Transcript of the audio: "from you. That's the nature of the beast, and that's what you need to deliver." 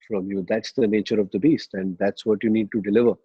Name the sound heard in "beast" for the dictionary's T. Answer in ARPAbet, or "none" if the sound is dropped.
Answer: T